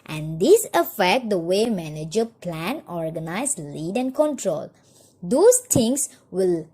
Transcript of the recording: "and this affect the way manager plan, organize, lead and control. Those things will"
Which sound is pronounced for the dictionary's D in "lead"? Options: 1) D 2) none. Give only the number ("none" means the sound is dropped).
1